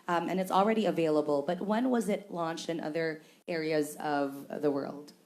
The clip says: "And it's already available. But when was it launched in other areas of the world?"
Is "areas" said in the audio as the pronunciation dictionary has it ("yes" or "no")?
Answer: yes